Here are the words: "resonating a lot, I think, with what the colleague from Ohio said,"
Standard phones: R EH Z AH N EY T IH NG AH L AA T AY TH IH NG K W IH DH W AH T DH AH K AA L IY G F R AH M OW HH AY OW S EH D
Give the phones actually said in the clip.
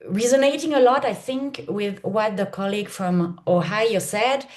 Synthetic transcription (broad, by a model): R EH Z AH N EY T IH NG AH L AA T AY TH IH NG K W IH DH W AH T DH AH K AA L IY G F R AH M OW HH AY OW S EH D